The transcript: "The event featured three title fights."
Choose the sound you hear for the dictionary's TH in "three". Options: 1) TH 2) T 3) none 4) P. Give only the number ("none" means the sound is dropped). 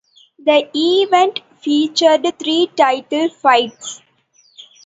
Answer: 2